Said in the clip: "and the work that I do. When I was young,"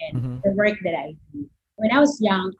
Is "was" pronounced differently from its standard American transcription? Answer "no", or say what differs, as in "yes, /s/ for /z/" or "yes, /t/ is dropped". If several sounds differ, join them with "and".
no